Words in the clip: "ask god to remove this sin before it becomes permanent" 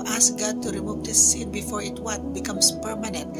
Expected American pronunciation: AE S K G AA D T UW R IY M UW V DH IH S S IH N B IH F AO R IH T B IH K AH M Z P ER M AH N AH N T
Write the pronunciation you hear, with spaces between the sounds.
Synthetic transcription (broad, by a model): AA S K G AA D T UW R IY M UW V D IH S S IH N B IH F AO R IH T B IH K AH M S P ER M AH N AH N T